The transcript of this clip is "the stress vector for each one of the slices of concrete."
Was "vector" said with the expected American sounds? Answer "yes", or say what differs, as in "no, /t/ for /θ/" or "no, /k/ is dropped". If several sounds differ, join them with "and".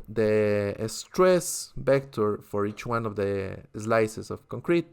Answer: no, /b/ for /v/